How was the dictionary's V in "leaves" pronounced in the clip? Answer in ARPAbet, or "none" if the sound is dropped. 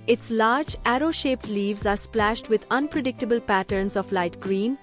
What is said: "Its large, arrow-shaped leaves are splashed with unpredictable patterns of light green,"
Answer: V